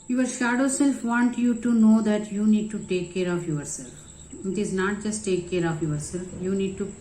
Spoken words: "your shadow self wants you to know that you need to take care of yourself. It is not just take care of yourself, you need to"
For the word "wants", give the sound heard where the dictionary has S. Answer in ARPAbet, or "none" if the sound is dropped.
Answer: none